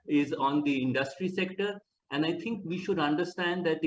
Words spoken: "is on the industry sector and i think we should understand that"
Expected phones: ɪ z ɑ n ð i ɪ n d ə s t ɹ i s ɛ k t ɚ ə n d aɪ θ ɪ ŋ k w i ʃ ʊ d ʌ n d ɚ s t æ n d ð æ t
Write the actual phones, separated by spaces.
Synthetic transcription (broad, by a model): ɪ z ɑ n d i ɪ n d ə s t ɹ i s ɛ k t ɚ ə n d aɪ t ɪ ŋ k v i ʃ ʊ d ʌ n d ɚ s t æ n d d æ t